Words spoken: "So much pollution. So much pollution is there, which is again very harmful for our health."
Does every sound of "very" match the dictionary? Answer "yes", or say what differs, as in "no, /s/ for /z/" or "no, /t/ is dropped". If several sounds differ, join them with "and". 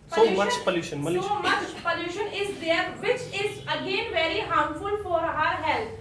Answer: yes